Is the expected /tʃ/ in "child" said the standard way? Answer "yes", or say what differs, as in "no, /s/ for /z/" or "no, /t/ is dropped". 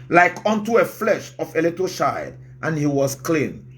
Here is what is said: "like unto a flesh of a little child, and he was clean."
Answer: no, /ʃ/ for /tʃ/